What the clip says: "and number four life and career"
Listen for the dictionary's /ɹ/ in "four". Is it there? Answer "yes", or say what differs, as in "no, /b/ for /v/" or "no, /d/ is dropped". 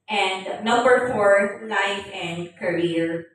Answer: yes